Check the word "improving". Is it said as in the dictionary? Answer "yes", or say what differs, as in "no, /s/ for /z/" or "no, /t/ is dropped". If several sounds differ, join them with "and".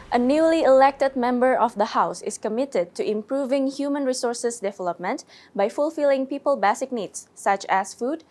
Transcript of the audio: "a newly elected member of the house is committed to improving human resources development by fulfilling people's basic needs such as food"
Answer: yes